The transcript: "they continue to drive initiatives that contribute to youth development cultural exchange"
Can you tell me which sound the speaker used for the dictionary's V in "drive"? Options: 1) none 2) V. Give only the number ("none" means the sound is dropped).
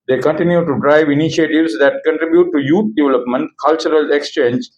2